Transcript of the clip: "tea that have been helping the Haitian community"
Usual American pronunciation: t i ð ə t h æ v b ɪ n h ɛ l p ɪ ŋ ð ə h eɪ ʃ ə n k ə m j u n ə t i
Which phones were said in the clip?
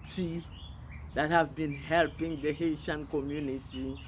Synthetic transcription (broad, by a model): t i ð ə t h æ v b ɪ n h ɛ l p ɪ ŋ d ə h eɪ ʃ ə n k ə m j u n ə t i